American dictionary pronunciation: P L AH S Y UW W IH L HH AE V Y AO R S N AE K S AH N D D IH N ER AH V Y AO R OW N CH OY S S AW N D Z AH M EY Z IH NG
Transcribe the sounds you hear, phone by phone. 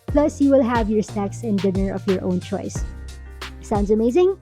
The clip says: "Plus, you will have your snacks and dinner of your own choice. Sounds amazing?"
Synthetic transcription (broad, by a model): P L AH S Y UW W IH L HH AE V Y AO R S EH K S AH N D D IH N ER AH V Y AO R OW N CH OY S S AW N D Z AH M EY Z IH NG